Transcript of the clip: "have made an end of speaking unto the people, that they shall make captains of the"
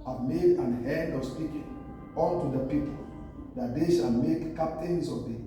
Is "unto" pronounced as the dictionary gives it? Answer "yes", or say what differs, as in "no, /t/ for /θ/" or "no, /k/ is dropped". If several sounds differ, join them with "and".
no, /l/ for /n/